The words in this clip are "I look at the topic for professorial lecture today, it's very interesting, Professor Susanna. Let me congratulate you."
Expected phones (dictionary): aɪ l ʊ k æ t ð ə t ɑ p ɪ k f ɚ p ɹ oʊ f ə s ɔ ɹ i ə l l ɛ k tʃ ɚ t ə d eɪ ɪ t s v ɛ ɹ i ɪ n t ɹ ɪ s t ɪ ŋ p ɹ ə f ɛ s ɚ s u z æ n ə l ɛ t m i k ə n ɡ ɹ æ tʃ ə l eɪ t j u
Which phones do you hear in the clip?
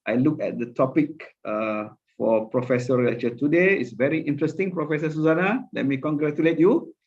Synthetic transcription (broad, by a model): aɪ l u k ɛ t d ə t ɑ p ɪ k f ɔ p ɹ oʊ f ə s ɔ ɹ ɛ tʃ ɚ t ə d eɪ ɪ t s v ɛ ɹ i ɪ n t ɹ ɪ s t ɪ ŋ p ɹ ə f ɛ s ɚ s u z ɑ n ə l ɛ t m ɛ k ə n ɡ ɹ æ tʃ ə l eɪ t j u